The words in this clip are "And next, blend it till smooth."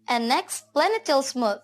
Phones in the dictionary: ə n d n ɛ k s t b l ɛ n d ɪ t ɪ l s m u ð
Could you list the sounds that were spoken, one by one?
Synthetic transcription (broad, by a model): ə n n ɛ k s t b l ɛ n ɪ t ɪ l s m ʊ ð